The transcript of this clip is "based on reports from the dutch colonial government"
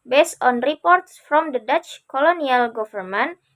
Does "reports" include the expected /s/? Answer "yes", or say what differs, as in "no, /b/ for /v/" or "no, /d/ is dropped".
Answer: yes